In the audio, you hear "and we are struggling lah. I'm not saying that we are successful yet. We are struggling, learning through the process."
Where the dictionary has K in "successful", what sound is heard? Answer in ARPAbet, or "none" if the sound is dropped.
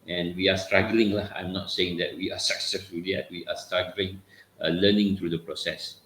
K